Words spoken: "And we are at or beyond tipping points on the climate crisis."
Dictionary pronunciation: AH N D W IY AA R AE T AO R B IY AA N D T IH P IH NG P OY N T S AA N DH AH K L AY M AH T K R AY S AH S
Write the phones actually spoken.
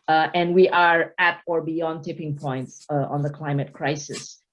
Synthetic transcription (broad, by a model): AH N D W IY AA R AE T AO R B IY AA N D T IH P IH NG P OY N T S AA N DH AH K L AY M AH T K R AY S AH S